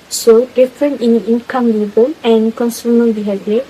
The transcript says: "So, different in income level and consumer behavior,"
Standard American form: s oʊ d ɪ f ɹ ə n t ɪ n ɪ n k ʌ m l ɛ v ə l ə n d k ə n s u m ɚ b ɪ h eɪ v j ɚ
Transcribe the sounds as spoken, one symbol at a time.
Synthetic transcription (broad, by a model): s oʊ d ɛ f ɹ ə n ɪ n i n k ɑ m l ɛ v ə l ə n k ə n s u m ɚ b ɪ h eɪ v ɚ